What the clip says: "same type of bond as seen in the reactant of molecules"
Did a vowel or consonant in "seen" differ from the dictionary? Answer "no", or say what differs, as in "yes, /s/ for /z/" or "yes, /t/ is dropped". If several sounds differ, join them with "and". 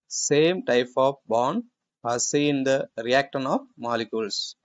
yes, /n/ is dropped